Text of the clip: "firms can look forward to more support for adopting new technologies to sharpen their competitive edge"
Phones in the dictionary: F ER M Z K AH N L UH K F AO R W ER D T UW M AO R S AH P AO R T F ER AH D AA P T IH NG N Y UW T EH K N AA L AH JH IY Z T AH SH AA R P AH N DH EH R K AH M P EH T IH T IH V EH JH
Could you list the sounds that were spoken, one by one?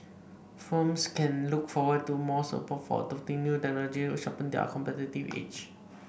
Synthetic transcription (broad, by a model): F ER M S K AH N L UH K F AO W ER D T UW M AO S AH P AO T F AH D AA F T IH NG N Y UW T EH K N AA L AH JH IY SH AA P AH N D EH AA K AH M P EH T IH T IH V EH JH